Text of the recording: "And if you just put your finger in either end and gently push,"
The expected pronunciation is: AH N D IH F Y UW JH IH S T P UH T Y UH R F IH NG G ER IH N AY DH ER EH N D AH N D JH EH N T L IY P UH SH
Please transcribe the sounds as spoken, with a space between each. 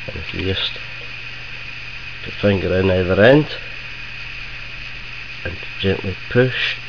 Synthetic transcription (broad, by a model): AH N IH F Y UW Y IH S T P UH T F IH NG G ER IH N AY DH ER EH N D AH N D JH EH N T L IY P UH SH